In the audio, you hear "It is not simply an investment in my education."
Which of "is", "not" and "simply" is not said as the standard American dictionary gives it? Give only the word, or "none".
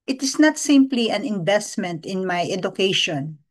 is